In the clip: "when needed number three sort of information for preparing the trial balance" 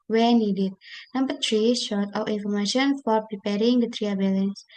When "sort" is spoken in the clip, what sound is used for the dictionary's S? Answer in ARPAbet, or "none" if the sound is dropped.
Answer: SH